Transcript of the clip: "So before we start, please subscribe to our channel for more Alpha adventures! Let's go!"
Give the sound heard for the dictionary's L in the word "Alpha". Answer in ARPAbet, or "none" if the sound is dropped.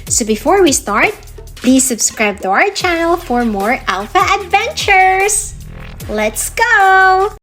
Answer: L